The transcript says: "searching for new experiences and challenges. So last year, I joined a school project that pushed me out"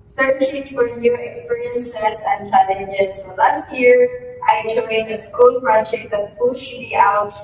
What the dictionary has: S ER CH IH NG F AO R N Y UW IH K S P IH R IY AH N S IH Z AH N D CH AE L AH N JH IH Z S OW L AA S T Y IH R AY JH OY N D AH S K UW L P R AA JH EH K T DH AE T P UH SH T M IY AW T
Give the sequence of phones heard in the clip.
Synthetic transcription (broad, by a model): S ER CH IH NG F AO R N Y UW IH K S P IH R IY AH N S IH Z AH N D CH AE L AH N JH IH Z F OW L AA S T Y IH R AY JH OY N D AH S K UW L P R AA JH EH K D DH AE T F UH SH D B IY AW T